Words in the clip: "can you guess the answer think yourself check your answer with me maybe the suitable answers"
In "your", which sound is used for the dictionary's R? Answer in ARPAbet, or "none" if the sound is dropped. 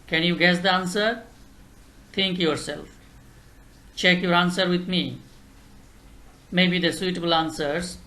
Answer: R